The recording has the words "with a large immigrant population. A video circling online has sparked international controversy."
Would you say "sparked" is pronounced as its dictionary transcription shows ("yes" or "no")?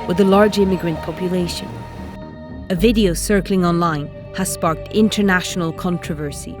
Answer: yes